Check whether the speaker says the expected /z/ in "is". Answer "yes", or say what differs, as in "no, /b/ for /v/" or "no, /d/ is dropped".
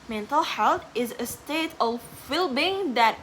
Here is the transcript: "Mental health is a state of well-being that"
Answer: yes